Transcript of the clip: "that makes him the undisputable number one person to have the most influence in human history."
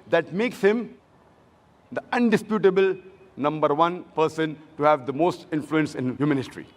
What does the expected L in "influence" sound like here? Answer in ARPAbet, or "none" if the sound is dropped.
L